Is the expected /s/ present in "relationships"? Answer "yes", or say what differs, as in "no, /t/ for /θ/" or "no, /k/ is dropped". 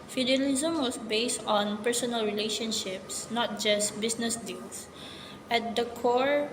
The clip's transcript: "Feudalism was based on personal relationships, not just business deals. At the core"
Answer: yes